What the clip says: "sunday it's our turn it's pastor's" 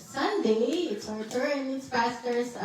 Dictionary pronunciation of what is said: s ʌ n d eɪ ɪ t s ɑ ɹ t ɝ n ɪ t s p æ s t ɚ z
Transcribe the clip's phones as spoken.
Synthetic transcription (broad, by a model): s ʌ n d eɪ ɪ t s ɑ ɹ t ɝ ɪ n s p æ s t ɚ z